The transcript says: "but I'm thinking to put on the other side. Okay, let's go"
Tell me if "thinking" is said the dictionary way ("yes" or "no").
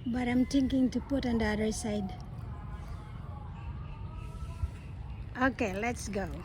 no